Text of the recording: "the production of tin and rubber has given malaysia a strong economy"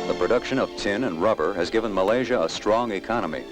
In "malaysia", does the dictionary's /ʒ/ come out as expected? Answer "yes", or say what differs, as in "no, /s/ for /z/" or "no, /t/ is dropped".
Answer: yes